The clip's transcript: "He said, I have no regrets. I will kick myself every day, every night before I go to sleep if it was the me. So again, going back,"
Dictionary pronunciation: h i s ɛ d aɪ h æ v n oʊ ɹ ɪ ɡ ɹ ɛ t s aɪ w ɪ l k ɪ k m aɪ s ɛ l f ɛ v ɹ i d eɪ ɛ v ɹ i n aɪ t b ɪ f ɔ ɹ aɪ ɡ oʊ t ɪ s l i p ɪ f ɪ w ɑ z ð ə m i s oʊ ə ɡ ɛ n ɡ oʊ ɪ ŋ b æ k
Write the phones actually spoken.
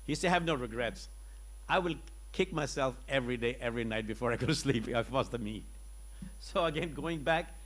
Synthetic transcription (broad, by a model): h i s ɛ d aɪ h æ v n oʊ ɹ ɪ ɡ ɹ ɛ t s aɪ w ɪ l k ɪ k m aɪ s ɛ l f ɛ v ɹ i d eɪ ɛ v ɹ i n aɪ t b ɪ f ɔ ɹ aɪ ɡ oʊ t ɪ s l i p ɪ ɪ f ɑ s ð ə m i s oʊ ə ɡ ɛ n ɡ oʊ ɪ ŋ b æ k